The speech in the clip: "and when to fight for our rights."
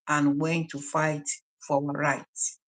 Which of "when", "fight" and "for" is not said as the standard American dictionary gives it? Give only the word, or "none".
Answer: for